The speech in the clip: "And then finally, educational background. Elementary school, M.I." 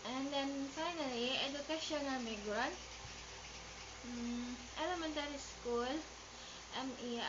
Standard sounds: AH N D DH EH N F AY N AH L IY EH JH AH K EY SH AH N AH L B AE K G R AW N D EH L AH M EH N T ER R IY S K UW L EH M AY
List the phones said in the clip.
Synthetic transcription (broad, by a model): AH N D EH N F AY N AH L IY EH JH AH K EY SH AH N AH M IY G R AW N EH L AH M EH N T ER R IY S K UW L EH M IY